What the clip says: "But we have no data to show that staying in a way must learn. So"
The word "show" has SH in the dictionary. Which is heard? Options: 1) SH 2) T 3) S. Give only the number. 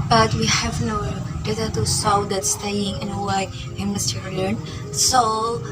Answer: 3